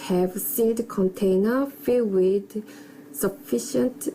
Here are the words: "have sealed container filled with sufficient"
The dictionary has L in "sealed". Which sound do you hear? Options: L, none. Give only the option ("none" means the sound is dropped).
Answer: none